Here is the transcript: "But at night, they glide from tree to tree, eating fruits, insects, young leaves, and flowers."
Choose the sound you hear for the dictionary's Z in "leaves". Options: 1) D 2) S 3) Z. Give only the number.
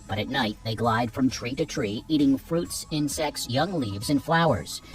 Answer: 3